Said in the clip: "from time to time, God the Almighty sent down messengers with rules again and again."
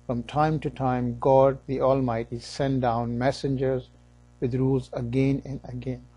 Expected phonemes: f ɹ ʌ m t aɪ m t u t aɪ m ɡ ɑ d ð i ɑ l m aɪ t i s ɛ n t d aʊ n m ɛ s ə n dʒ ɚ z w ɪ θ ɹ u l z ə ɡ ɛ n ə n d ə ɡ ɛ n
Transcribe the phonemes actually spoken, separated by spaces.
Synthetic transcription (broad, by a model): f ɹ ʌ m t aɪ m t u t aɪ m ɡ ɑ d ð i ɑ l m aɪ t i s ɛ n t d aʊ n m ɛ s ə n dʒ ɚ z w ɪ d ɹ u l z ə ɡ ɛ n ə n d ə ɡ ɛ n